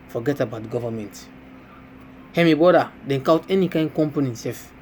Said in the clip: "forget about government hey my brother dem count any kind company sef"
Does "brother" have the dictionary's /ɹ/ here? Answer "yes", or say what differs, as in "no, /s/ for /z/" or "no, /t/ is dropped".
no, /ɹ/ is dropped